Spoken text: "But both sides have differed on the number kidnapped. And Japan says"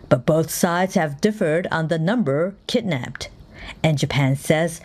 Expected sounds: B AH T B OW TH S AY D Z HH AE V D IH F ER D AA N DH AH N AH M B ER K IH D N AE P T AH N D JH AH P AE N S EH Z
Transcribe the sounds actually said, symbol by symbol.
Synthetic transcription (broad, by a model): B AH T B OW TH S AY D Z HH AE V D IH F ER D N DH AH N AH M B ER K IH D N AE P T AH N JH AH P AE N S EH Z